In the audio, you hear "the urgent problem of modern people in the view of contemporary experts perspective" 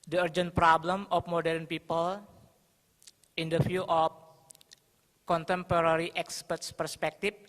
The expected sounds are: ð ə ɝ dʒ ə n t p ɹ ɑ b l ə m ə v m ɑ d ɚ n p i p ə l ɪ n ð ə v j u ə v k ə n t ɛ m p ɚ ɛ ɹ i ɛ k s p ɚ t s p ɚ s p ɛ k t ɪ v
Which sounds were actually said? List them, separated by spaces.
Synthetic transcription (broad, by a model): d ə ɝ dʒ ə n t p ɹ ɑ b l ə m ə f m ɑ d ɚ n p i p ə l ɪ n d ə f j u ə f k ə n t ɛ m p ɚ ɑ ɹ i ɛ k s p ɚ t s p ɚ s p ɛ k t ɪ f